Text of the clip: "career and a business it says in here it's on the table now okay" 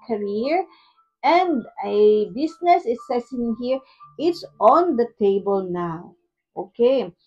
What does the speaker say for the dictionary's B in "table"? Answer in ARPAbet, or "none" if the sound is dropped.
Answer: B